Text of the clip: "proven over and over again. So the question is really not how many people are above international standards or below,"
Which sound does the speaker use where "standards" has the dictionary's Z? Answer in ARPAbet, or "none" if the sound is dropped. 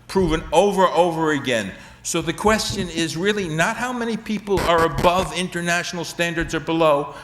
Z